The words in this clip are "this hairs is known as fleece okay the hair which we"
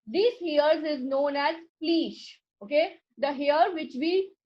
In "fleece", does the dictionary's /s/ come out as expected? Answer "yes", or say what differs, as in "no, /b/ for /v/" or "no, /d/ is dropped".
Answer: no, /ʃ/ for /s/